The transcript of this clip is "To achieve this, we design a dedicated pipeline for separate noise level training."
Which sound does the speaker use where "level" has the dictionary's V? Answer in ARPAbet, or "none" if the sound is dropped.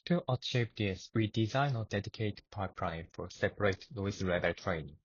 B